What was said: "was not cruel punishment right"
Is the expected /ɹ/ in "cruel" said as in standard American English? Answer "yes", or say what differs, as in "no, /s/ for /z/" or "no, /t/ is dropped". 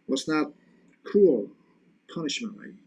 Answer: no, /ɹ/ is dropped